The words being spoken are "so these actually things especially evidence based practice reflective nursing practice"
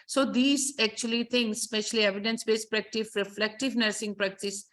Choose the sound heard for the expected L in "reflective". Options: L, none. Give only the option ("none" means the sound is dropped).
L